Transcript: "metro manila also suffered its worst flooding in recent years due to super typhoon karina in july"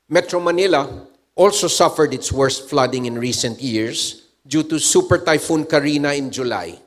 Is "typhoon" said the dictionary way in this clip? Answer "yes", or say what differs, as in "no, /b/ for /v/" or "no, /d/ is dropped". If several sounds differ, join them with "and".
yes